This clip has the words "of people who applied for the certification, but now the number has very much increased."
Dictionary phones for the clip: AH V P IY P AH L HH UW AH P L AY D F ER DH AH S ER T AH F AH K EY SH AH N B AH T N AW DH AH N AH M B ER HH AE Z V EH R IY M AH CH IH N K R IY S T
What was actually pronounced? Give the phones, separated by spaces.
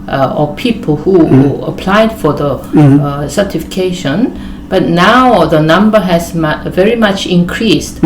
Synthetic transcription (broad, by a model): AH P IY P AH L HH UW AH P L AY D F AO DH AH S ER T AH F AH K EY SH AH N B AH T N AW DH AH N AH M B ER HH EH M V EH R IY M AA CH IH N K R IY S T